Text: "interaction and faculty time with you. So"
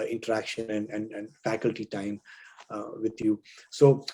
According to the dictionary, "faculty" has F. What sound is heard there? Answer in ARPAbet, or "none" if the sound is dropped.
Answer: F